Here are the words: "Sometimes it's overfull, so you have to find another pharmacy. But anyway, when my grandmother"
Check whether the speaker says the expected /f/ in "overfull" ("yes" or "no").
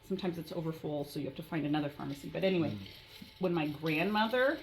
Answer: yes